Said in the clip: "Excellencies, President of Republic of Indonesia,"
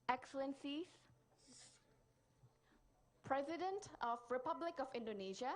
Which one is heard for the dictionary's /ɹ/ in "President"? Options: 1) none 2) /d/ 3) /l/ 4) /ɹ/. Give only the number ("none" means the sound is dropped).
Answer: 4